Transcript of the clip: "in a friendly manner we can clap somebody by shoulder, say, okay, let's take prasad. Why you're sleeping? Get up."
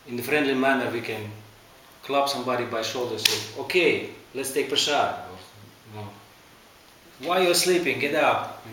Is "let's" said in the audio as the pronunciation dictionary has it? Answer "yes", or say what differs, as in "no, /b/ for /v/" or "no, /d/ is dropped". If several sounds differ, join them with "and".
yes